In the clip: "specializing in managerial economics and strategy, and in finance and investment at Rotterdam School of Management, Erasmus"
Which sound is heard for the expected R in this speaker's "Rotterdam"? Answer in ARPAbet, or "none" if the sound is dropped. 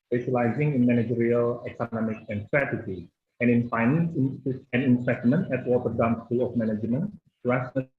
W